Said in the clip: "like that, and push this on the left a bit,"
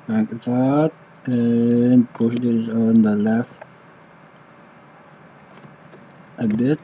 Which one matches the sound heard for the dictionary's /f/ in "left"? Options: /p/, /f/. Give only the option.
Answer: /f/